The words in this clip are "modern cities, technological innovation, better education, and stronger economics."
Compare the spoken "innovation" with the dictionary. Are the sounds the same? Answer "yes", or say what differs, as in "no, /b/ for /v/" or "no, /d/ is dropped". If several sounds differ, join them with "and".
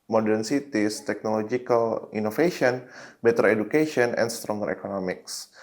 no, /f/ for /v/